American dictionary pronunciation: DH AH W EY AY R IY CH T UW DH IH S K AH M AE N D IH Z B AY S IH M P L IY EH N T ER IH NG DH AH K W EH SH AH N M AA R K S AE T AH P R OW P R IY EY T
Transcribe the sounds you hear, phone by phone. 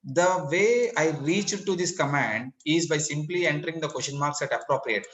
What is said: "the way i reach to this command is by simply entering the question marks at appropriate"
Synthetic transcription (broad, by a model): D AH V EY AY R IY CH T UW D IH S K AH M AE N D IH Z B AY S IH M P L IY EH N T ER IH NG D AH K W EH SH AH N M AA R K S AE T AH P R OW P R IY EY T